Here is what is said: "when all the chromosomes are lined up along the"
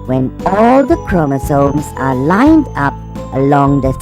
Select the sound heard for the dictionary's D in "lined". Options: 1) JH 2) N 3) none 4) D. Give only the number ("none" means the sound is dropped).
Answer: 4